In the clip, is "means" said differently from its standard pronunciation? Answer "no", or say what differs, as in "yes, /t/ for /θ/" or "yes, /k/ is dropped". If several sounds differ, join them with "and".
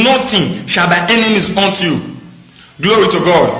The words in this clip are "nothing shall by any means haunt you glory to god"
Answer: yes, /n/ is dropped